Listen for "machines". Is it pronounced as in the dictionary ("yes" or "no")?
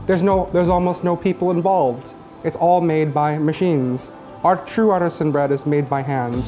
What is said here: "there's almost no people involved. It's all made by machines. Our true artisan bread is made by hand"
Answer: yes